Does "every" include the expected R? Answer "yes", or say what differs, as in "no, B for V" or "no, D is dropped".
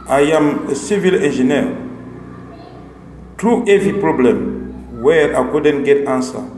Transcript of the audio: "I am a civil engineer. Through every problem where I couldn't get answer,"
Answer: no, R is dropped